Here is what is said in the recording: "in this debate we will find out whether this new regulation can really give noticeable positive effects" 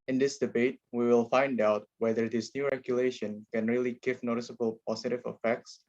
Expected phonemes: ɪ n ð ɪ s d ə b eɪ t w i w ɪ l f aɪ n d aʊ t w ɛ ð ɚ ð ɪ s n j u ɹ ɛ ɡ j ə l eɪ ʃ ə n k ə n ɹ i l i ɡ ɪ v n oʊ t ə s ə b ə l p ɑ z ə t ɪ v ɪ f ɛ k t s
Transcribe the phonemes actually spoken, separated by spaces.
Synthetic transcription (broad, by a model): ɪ n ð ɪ s d ə b eɪ t w i w ɪ l f aɪ n d aʊ t w ɛ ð ɚ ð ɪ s n j u ɹ ɛ ɡ j ə l eɪ ʃ ə n k ə n ɹ i l i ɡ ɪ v n oʊ t ə s ə b ə l p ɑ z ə t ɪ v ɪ f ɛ k t s